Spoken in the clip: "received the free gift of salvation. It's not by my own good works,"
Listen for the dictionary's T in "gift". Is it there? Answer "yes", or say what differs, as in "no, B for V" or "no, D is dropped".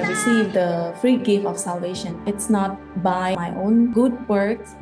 no, T is dropped